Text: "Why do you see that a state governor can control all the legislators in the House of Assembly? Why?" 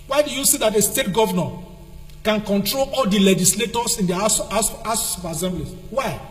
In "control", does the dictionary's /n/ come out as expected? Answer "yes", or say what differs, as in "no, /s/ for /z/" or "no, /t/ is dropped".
yes